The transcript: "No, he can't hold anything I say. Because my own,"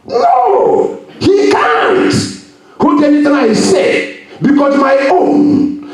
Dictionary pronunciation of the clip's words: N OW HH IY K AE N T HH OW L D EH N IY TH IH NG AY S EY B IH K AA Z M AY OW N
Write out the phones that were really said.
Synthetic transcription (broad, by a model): N OW HH IY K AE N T HH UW D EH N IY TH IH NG AY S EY B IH K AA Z M AY OW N